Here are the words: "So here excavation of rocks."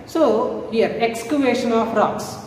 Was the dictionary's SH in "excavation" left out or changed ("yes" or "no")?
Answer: no